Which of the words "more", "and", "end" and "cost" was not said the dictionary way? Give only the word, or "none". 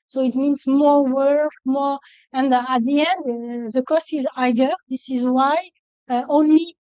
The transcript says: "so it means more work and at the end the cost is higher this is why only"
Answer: none